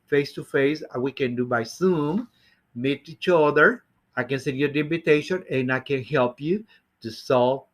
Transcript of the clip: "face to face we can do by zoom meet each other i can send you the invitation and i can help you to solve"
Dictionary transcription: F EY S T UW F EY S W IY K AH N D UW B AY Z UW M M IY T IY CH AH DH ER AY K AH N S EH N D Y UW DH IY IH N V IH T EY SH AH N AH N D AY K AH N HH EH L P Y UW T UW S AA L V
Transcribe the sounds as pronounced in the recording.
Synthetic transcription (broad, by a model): F EY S T UW F EY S W IY K AH N D UW B AY S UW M M IY T IY CH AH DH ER AY K AH N S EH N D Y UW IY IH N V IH T EY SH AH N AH N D AY K AH N HH EH L P Y UW T UW S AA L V